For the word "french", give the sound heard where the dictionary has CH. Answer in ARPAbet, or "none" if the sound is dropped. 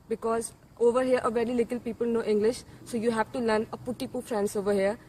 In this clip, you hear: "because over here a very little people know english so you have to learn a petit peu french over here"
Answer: S